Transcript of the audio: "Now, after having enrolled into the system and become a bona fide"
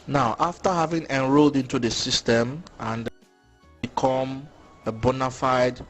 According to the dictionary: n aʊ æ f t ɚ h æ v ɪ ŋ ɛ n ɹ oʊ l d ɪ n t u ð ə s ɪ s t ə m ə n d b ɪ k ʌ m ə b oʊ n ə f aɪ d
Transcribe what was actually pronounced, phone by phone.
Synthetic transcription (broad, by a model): n aʊ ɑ f t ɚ h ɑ v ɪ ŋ ɛ n ɹ oʊ l d ɪ n t u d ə s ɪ s t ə m ə n d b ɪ k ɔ m ə b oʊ n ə f aɪ d